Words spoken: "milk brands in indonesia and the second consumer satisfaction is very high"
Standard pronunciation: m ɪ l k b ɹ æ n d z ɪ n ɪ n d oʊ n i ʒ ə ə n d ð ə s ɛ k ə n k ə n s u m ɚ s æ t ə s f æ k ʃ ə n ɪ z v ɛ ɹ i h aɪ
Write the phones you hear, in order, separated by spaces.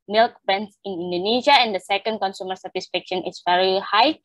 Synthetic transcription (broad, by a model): m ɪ l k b ɛ n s ɪ n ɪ n d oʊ n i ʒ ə ə n d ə s ɛ k ə n k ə n s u m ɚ s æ t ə s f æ k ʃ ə n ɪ s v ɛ ɹ i h aɪ